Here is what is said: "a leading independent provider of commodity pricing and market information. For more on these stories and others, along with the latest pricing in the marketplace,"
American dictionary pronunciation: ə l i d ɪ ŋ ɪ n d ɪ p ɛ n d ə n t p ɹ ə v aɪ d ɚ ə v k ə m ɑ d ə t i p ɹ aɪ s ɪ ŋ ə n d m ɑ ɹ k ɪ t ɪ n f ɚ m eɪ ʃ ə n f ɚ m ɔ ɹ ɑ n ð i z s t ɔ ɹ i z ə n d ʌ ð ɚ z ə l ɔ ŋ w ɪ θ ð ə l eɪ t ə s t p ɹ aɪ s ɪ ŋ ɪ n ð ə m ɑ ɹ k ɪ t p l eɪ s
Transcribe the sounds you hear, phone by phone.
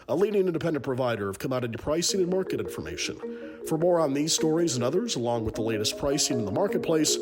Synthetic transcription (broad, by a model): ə l i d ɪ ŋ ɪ n d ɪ p ɛ n d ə n p ɹ ə v aɪ d ɚ ə v k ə m ɑ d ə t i p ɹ aɪ s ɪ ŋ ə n m ɑ ɹ k ɪ t ɪ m f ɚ m eɪ ʃ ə n f ɚ m ɔ ɹ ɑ n ð i z s t ɔ ɹ i z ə n ʌ ð ɚ z ə l ɔ ŋ w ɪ ð ə l eɪ t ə s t p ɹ aɪ s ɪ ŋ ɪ n ð ə m ɑ ɹ k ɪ t p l eɪ s